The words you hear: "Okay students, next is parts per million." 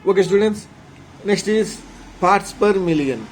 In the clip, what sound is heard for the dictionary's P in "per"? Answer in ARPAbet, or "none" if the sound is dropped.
P